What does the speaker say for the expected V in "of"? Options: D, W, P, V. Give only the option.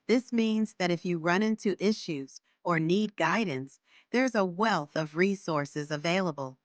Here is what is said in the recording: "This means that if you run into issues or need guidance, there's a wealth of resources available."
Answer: V